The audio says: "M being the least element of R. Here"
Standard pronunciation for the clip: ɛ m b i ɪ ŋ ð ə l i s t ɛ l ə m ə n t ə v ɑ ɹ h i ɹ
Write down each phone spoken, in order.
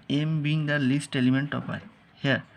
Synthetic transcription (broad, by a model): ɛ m b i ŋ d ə l i s t ɛ l ə m ə n t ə p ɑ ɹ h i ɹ